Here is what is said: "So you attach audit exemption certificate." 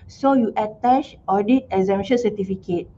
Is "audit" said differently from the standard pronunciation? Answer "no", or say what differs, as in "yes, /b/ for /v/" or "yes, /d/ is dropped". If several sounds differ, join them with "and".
no